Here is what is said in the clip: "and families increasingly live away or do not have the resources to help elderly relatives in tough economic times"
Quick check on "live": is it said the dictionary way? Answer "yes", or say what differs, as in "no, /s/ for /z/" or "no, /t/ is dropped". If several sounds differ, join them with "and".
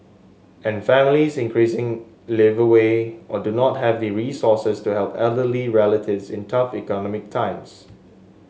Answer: yes